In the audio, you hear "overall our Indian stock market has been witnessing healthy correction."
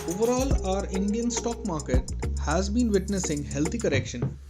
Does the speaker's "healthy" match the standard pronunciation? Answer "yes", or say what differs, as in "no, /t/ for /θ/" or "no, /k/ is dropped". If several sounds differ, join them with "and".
no, /t/ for /θ/